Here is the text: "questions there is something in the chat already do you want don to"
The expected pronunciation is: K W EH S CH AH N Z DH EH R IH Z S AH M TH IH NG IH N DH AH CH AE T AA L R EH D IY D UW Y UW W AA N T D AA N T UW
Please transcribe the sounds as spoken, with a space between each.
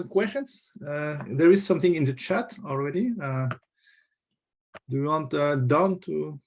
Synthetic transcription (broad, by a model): K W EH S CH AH N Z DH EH R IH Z S AH M TH IH NG IH N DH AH CH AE T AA L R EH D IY D UW Y UW W AA N T D AA N T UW